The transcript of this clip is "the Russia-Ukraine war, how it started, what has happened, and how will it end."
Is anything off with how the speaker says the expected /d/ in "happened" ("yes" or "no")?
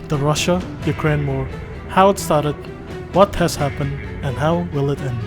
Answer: no